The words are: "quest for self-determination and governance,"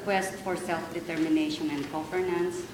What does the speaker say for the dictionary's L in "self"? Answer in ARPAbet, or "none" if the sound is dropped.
L